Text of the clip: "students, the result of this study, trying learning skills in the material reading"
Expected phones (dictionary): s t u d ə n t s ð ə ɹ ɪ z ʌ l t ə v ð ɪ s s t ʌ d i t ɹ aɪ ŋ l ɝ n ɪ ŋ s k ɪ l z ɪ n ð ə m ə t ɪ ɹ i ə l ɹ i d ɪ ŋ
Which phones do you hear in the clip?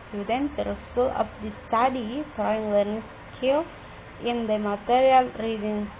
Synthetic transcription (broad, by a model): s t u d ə n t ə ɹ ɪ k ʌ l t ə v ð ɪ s s t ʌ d i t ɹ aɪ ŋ l ɝ n ɪ ŋ s k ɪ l ɪ n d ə m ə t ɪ ɹ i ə l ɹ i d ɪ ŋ